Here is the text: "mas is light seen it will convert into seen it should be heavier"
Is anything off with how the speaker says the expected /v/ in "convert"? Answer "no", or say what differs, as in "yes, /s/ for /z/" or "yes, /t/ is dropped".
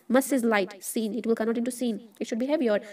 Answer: yes, /v/ is dropped